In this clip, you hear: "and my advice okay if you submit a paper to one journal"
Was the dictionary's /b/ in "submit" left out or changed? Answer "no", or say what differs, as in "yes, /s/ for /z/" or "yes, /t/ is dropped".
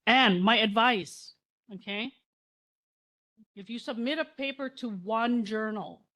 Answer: no